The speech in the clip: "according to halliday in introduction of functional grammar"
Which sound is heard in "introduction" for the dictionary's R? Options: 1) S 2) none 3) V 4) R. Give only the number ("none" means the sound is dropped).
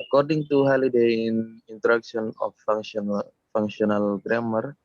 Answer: 2